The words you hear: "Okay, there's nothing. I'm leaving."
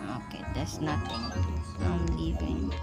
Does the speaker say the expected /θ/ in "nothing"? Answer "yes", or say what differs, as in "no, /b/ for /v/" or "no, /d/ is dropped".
no, /t/ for /θ/